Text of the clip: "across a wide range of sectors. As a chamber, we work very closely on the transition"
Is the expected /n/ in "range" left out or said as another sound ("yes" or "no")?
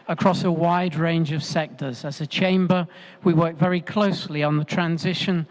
no